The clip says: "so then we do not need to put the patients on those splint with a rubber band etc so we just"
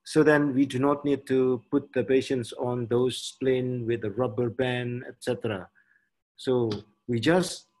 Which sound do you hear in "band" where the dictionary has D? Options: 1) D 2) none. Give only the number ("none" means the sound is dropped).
2